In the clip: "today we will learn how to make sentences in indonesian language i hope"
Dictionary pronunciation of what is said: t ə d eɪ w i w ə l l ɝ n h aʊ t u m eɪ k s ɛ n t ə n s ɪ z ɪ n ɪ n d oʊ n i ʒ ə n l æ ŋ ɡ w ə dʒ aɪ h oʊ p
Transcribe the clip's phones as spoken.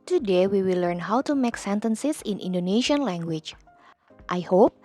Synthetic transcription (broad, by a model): t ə d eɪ w i w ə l l ɝ n h aʊ t u m eɪ k s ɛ n t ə n s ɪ s ɪ n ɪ n d oʊ n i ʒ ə n l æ ŋ ɡ w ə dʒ aɪ h oʊ p